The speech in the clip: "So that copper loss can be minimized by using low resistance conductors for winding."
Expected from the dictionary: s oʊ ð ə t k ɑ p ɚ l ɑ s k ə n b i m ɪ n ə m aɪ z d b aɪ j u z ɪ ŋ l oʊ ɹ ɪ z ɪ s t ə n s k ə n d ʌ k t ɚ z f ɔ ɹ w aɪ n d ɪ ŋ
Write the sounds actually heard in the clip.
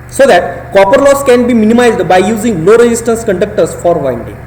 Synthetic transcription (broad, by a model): s oʊ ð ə t k ɑ p ɚ l ɑ s k ə n b i m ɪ n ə m aɪ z d b aɪ j u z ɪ ŋ n oʊ ɹ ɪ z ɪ s t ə n s k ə n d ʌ k t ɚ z f ɔ ɹ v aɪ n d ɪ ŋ